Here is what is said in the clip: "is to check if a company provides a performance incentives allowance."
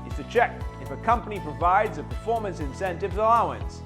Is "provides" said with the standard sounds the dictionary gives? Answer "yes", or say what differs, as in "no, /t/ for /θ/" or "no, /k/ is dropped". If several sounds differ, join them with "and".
yes